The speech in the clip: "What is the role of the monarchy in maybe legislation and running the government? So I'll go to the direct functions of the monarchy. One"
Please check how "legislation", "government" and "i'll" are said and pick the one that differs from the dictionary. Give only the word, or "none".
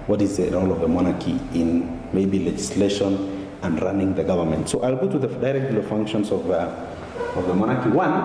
none